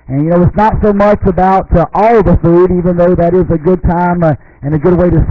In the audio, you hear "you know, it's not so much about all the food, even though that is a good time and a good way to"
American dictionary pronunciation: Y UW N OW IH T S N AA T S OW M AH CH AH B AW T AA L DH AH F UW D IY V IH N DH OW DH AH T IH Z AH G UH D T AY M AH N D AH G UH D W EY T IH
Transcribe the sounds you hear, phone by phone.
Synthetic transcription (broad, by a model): Y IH N OW IH T S N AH T S OW M AH CH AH B AW T AA L DH AH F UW D IY V IH N DH OW DH AH T IH Z AH G UH D T AY M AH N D AH G UH D W EY T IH